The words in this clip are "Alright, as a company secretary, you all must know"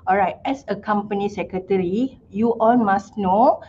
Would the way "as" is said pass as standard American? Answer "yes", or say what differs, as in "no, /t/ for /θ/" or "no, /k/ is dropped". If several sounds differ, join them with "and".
no, /s/ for /z/